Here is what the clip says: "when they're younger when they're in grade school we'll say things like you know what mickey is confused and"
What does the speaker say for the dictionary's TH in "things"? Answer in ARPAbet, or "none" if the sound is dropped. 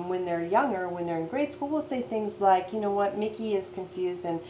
TH